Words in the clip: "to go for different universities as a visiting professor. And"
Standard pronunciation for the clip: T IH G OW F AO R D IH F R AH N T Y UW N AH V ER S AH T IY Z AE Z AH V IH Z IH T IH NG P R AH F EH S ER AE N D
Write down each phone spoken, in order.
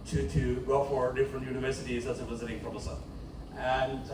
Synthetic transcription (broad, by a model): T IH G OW F AO R D IH F R AH N T Y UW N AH V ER S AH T IY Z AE S AH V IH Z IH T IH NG F R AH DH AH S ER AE N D